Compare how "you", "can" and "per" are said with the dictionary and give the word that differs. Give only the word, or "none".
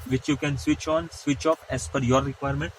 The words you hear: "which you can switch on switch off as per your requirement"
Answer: per